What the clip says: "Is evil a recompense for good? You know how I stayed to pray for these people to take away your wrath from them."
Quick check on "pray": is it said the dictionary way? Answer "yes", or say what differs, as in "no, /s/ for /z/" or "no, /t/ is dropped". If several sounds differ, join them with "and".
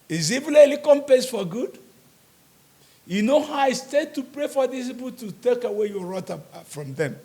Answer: yes